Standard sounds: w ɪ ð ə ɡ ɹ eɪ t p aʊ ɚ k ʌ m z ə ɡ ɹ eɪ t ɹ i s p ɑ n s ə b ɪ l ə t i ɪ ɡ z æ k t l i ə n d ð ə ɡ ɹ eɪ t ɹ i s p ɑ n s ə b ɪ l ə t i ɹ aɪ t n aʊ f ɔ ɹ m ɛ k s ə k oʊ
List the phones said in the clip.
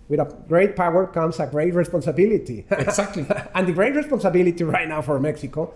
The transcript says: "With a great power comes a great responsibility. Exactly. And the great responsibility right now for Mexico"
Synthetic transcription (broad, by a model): w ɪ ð ə ɡ ɹ eɪ t p aʊ ɚ k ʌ m s ə ɡ ɹ eɪ t ɹ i s p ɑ n s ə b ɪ l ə t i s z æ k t l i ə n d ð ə ɡ ɹ eɪ t ɹ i s p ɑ n s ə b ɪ l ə t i ɹ aɪ t n aʊ f ɔ ɹ m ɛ k s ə k oʊ